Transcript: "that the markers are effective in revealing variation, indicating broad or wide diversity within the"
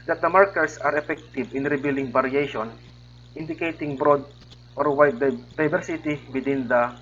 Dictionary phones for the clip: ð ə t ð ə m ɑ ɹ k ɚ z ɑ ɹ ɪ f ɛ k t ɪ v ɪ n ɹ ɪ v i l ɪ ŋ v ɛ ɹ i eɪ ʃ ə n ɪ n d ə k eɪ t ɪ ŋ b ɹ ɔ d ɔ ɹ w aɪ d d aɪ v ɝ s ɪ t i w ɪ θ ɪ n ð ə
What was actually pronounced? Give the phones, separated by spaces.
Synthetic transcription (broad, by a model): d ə t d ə m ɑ ɹ k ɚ s ɑ ɹ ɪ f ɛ k t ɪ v ɪ n ɹ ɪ b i l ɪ ŋ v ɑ ɹ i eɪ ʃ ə n ɪ n d ə k eɪ t ɪ ŋ b ɹ ɔ d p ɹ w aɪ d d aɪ b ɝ s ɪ t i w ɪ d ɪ n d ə